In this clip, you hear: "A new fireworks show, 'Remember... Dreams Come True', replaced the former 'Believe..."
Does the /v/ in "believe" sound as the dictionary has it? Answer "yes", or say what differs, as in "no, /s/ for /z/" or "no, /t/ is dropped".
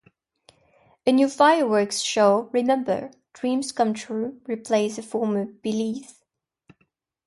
no, /f/ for /v/